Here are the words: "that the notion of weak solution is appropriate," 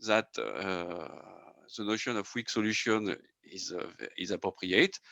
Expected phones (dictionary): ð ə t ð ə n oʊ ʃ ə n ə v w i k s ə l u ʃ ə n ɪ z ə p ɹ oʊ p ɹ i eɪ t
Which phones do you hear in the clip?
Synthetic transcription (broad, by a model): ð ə t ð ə n oʊ ʃ ə n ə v w i k s ə l u ʃ ə n ɪ z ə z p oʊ p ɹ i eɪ t